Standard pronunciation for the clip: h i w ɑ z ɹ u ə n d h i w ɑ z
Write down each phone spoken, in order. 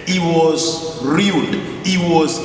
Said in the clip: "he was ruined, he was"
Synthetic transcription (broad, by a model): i w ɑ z ɹ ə l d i w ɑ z